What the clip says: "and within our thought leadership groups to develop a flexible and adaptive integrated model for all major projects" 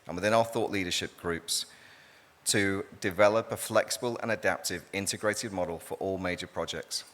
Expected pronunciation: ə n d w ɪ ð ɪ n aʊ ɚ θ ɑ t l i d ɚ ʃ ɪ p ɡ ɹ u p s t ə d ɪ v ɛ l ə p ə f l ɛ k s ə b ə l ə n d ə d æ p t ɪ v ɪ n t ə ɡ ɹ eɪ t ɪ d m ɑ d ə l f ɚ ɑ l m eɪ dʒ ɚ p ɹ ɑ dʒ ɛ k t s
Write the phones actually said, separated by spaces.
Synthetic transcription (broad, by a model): ə n w ɪ ð ɪ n aʊ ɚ θ ɑ t l i d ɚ ʃ ɪ p ɡ ɹ u p s t ə d ɪ v ɛ l ə p ə f l ɛ k s ə b ə l ə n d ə d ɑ p t ɪ v ɪ n t ə ɡ ɹ eɪ t ɪ d m ɑ d ə l f ɚ ɑ l m eɪ dʒ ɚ p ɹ ɑ dʒ ɛ k t s